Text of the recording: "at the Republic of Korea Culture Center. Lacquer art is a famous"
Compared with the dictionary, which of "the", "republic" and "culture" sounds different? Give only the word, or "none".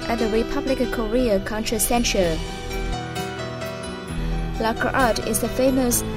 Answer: culture